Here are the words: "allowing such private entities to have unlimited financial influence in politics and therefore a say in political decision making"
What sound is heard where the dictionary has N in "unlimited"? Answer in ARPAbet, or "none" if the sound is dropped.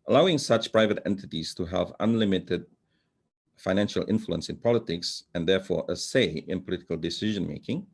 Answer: N